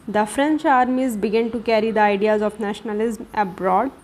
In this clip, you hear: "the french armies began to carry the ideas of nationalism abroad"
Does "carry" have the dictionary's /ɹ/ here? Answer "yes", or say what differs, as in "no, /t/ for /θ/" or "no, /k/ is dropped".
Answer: yes